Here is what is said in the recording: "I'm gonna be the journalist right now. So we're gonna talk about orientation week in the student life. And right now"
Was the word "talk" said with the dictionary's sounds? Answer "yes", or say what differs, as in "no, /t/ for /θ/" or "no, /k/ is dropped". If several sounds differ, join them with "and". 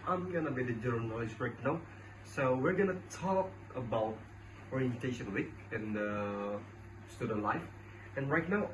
yes